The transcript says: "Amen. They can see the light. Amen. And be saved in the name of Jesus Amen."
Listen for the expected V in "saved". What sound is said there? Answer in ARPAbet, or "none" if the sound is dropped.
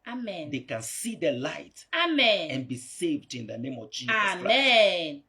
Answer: V